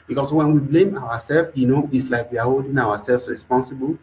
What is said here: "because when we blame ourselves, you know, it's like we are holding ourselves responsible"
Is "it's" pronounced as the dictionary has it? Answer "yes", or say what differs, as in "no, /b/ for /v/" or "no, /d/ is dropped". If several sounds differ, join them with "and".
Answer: yes